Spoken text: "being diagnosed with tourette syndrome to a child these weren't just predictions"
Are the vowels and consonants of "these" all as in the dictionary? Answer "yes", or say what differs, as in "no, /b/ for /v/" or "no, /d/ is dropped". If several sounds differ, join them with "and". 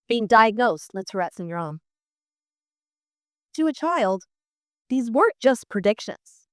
yes